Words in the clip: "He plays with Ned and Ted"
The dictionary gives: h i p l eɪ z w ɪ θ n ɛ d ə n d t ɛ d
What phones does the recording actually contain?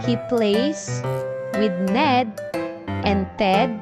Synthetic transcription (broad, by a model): h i p l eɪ s w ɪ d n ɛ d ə n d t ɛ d